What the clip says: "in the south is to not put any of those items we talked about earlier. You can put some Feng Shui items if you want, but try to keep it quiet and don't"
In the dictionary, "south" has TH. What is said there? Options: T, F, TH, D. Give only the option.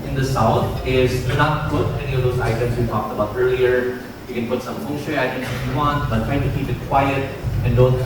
T